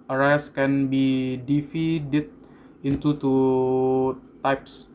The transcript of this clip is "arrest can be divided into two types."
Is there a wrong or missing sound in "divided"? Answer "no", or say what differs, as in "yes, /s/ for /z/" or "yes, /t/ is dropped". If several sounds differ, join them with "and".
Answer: yes, /f/ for /v/